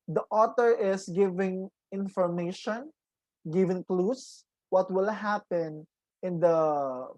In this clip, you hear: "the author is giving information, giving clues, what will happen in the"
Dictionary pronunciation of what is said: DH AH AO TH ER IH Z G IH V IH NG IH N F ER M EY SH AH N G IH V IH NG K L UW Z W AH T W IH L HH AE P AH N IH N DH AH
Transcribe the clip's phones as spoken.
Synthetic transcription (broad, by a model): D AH AO T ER IH S G IH V IH NG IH N F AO M EY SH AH N G IH V IH NG K L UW S W AH T W IH L HH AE P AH N IH N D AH